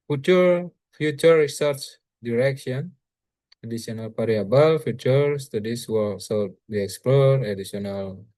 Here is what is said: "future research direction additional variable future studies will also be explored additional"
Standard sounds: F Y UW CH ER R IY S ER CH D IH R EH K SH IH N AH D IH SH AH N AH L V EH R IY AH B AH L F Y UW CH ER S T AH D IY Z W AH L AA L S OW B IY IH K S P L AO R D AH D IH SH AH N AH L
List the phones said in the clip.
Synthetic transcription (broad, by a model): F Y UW CH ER R IY S ER CH D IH R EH K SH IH N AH D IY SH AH N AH L P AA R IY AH B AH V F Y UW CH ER S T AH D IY S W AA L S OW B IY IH K S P L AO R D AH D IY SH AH N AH L